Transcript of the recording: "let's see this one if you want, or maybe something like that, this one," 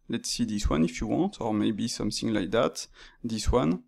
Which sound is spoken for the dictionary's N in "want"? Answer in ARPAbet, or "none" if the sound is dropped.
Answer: N